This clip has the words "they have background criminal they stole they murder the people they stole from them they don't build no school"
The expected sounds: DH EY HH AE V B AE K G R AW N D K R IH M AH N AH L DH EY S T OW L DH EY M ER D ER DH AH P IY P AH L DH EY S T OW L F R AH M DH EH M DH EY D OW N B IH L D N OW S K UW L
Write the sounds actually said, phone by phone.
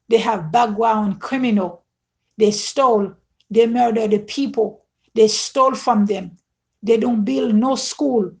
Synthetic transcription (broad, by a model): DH EY HH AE V B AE G W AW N K R IH M AH N AH L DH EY S T OW L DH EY M ER D ER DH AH P IY P AH L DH EY S T OW L F R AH M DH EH M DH EY D OW N B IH L D N OW S K UW L